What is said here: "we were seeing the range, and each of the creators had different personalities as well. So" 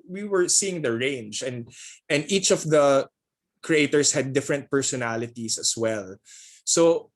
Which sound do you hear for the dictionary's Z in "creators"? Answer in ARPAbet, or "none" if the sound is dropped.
S